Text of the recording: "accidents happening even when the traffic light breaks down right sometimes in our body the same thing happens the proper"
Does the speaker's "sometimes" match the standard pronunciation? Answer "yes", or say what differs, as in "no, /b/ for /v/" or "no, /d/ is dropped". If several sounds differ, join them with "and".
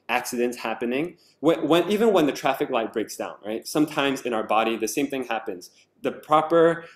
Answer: yes